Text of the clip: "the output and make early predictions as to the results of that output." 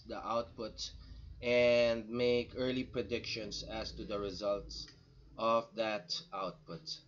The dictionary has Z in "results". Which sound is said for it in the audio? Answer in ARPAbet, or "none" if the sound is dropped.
Z